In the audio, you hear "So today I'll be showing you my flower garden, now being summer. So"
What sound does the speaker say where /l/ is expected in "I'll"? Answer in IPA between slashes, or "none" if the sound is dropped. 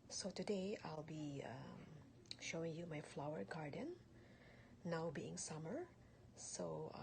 /l/